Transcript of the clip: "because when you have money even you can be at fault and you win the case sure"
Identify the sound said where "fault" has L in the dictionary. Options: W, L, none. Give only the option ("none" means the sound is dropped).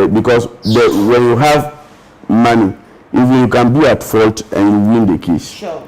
L